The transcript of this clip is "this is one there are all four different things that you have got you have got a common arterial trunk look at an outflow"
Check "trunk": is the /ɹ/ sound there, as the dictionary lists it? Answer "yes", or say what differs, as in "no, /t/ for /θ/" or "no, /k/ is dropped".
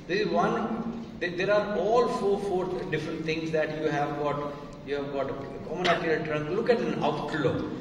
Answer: yes